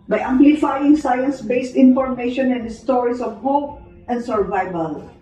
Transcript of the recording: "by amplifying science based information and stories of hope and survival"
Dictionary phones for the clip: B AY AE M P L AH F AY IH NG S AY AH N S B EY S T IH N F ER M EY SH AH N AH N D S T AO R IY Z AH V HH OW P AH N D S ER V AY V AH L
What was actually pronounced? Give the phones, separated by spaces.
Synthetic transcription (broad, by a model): B AY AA M P L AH F AY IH NG S AY AH N S B EY S T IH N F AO M EY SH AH N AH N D S T AO R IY S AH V HH OW P AH N D S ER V AY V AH L